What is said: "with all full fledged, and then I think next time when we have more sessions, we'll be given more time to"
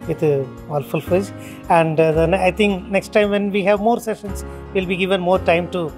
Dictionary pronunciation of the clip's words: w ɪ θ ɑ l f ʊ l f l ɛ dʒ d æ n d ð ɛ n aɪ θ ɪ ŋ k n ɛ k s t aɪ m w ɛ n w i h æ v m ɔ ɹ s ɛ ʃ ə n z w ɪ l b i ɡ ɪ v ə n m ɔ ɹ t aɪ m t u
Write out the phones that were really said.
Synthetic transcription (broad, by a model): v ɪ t ɑ l f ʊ l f ɛ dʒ æ n d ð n aɪ t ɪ ŋ k n ɛ k s t aɪ m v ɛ n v i h æ v m ɔ ɹ s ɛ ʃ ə n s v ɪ l b i ɡ ɪ v ə n m ɔ ɹ t aɪ m t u